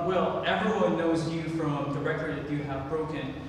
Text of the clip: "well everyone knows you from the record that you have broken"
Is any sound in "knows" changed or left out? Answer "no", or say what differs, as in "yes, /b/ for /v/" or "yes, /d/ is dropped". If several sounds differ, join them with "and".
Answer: no